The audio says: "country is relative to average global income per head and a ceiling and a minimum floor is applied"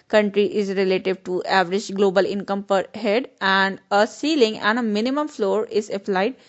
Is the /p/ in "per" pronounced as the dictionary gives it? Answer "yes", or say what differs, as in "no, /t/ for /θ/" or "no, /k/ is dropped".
yes